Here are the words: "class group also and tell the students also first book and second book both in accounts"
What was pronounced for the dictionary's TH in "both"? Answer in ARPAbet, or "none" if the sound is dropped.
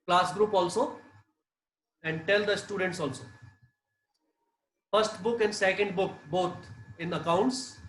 T